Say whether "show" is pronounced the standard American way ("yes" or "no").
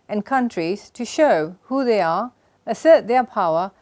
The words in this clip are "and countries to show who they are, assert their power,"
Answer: yes